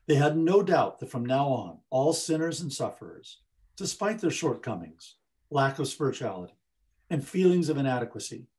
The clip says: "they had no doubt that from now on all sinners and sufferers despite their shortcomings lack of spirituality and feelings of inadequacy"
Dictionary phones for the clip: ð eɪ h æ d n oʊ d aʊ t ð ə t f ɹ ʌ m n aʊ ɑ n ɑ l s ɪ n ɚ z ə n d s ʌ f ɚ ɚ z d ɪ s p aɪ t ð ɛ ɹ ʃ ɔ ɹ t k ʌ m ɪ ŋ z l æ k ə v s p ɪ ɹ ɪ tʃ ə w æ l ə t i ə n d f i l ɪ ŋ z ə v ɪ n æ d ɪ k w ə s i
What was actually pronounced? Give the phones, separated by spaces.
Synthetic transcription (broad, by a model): ð eɪ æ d n oʊ d aʊ t ð ə t f ɹ ʌ m n aʊ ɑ n ɑ l s ɪ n ɚ z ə n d s ʌ f ɚ ɚ z d ɪ s p aɪ t ð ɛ ɹ ʃ ɔ ɹ t k ʌ m ɪ ŋ z l æ k ə v s p ɪ ɹ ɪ tʃ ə æ l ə t i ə n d f i l ɪ ŋ z ə v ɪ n æ d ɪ k w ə s i